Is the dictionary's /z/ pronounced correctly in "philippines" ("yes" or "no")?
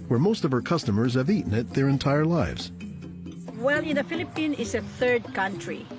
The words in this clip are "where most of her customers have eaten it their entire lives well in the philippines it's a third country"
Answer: no